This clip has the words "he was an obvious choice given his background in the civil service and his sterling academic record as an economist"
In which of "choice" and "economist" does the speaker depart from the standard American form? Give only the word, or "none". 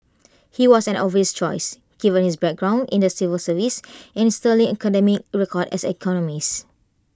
economist